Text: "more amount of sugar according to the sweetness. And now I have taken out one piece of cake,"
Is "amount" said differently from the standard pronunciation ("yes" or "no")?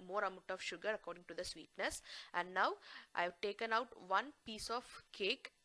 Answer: yes